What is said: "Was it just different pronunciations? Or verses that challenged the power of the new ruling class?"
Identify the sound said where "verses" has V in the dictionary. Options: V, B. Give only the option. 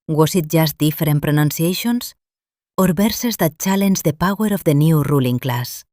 B